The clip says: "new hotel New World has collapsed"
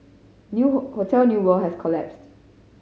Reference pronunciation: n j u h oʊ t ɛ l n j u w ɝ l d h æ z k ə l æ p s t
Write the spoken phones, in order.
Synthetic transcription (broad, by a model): n j u h oʊ t ɛ l n j u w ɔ h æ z k ə l æ p s t